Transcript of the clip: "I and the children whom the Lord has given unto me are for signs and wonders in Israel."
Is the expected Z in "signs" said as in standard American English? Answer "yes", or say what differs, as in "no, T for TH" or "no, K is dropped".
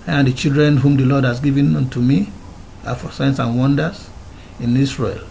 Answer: no, S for Z